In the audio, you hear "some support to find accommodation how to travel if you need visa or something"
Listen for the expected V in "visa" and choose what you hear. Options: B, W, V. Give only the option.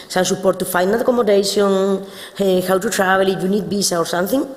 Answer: B